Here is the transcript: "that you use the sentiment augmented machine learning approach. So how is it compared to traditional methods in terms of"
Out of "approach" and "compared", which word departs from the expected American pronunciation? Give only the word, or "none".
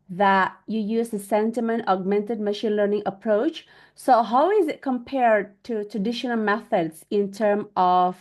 none